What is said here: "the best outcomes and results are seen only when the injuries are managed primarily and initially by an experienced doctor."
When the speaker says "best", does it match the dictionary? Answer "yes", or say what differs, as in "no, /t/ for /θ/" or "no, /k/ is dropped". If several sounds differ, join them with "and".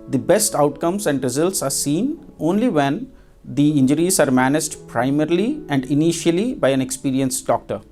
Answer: yes